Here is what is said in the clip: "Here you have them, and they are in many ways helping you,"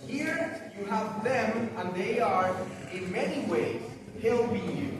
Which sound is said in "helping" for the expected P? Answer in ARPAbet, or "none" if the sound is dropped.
B